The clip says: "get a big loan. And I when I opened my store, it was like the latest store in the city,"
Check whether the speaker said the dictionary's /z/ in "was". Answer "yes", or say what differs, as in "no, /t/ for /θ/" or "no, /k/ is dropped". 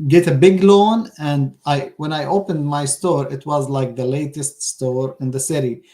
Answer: yes